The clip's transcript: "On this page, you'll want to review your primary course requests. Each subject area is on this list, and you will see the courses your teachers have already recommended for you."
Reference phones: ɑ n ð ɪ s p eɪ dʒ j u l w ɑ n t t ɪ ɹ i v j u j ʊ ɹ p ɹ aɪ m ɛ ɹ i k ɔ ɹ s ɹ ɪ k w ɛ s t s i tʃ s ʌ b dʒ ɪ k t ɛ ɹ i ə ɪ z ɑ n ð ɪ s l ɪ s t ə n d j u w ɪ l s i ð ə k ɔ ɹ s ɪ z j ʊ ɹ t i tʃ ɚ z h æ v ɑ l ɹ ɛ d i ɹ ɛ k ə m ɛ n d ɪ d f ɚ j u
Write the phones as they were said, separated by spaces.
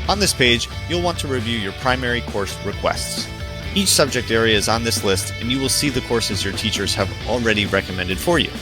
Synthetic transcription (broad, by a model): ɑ n ð ɪ s p eɪ dʒ j u l w ɑ n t t ɪ ɹ i v j u j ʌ ɹ p ɹ aɪ m ɛ ɹ i k ɔ ɹ s ɹ ɪ k w ɛ s t s i tʃ s ʌ b dʒ ɪ k t ɛ ɹ i ə ɪ z n ð ɪ s l ɪ s t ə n j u w ɪ l s i ð ə k ɔ ɹ s ɪ z j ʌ ɹ t i tʃ ɚ z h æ v l ɹ ɛ d i ɹ ɛ k ə m ɛ n d ɪ d f ɚ j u